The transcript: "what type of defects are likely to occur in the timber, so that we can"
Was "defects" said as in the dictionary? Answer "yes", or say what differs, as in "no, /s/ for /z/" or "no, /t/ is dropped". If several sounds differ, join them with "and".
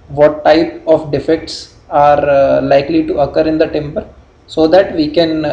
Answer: yes